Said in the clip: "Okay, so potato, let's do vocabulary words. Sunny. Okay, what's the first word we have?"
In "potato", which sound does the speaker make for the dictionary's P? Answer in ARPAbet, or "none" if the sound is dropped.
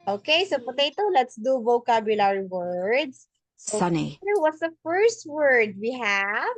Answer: P